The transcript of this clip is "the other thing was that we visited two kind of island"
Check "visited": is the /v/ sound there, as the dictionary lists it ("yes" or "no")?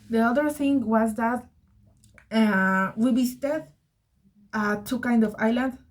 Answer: no